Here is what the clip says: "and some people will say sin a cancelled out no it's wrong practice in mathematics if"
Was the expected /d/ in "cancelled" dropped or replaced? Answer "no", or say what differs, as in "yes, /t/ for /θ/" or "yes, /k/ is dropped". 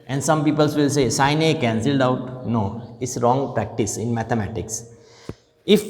no